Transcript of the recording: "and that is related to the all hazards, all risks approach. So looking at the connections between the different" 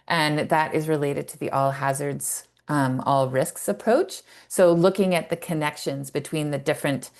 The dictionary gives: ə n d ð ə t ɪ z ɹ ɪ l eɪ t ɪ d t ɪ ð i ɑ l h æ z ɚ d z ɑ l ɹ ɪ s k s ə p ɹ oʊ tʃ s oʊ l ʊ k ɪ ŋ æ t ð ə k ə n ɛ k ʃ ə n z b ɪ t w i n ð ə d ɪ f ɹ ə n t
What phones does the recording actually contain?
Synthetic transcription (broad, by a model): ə n ð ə t ɪ z ɹ ɪ l eɪ t ɪ d t ɪ ð i ɑ l h æ z ɚ d z ɑ l ɹ ɪ s k s ə p ɹ oʊ tʃ s oʊ l ʊ k ɪ ŋ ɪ t ð ə k ə n ɛ k ʃ ə n z b ɪ t w i n ð ə d ɪ f ɹ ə n t